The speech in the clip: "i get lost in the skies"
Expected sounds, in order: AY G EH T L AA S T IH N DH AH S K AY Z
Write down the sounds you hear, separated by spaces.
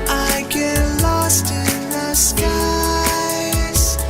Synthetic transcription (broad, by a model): AY G EH T L AA S T IH N DH AH S K AY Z